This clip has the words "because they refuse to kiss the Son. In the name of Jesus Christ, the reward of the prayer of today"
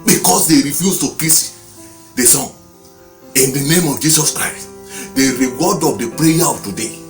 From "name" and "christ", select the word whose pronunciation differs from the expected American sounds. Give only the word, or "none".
none